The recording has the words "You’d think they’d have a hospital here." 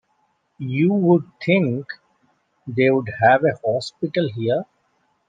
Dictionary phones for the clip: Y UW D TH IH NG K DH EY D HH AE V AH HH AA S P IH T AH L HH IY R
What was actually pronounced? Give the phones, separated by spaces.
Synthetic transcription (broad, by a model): Y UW D T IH NG K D EY D HH AE V AH HH AA S P IH T AH L HH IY R